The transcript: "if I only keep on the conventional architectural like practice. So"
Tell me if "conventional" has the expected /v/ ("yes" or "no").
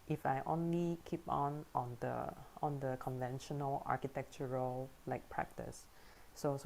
yes